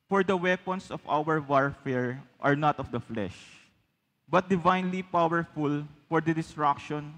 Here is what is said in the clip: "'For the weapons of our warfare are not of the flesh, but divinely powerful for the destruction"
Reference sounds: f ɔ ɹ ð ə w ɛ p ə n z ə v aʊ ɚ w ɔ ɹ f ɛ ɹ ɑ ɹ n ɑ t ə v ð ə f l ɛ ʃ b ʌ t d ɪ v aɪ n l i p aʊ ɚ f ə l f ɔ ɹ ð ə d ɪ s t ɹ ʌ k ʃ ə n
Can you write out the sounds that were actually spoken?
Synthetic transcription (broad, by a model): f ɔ ɹ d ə w ɛ p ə n s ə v aʊ ɚ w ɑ ɹ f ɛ ɹ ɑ ɹ n ɑ t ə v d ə f l ɛ ʃ b ʌ t d ɪ v aɪ n l i p aʊ ɚ f ə l f ɔ ɹ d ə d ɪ s t ɹ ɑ k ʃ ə n